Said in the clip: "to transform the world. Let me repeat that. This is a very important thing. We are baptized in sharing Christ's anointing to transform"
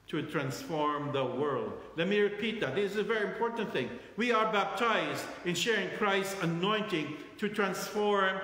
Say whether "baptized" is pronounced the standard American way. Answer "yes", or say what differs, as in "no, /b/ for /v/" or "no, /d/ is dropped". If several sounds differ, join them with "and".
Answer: yes